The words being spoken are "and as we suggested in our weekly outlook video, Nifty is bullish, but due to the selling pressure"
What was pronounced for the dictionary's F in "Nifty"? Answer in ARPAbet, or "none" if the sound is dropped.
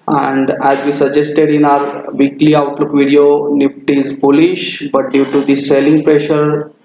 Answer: P